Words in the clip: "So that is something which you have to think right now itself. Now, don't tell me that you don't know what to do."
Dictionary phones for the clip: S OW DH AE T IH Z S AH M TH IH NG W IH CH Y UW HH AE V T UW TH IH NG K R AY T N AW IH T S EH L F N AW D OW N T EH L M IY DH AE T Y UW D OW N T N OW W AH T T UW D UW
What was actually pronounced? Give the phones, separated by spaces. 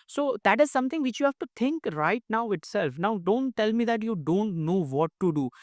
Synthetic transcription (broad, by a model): S OW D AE T IH Z S AH M T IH NG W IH CH Y UW HH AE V T UW T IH NG K R AY T N AW IH T S EH L F N AW D OW N T EH L M IY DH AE T Y UW D OW N T N OW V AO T T UW D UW